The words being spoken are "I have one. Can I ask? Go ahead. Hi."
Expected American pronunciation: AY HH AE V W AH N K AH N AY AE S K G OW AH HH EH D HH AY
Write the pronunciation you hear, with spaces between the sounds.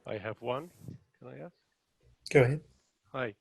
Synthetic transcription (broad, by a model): AY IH V W AH N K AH L AY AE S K G OW AH HH EH D HH AY